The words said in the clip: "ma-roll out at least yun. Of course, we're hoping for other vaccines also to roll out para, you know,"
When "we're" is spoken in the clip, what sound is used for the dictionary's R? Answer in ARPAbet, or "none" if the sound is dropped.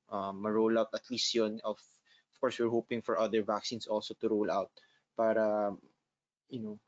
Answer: R